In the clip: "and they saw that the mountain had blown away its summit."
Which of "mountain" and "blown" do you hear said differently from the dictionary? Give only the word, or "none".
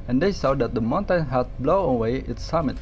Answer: blown